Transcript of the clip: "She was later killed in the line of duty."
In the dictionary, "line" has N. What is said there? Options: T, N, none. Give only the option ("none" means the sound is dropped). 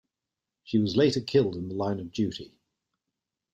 N